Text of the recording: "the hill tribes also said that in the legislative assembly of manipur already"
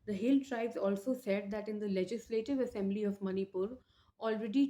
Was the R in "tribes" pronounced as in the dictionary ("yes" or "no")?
yes